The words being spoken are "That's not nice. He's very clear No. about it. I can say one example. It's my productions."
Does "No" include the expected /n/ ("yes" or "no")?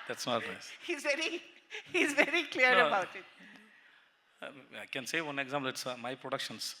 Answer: no